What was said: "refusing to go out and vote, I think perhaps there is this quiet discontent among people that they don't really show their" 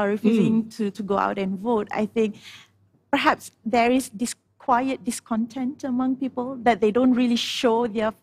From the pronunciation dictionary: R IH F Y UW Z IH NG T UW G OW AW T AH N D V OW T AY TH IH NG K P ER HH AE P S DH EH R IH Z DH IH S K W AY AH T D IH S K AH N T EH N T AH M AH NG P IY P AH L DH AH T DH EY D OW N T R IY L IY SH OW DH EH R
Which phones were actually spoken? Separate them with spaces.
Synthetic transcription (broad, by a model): R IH F Y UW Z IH NG T UW G OW AW T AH N V OW T AY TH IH NG K P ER HH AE P S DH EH R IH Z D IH S K W AY AH T D IH S K AH N T EH N T AH M AH NG P IY P AH L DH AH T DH EY D OW N T R IY L IY SH OW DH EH